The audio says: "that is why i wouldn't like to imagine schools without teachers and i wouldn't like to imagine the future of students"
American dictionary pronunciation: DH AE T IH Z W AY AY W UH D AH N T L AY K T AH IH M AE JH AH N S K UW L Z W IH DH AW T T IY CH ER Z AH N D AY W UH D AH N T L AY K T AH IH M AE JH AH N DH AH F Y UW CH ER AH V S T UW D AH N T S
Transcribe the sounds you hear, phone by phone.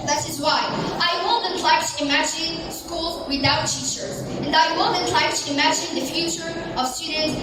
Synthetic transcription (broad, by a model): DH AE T IH Z W AY AY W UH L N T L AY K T IH M AE JH AH N S K UW L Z W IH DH AW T T IY CH ER Z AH N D AY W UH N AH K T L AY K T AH IH M AE JH AH N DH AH F Y UW CH ER AH V S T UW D N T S